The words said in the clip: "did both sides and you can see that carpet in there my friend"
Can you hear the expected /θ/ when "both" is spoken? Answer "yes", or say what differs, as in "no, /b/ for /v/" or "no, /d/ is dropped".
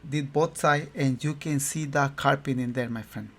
no, /t/ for /θ/